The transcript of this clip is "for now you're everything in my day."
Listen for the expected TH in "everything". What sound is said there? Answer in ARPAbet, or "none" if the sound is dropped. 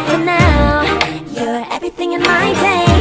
TH